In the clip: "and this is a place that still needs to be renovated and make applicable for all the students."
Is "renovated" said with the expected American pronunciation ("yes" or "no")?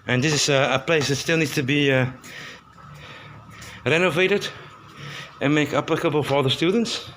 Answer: yes